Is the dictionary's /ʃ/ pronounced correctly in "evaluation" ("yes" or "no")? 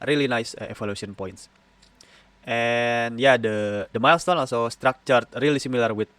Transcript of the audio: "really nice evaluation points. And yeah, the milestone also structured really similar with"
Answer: no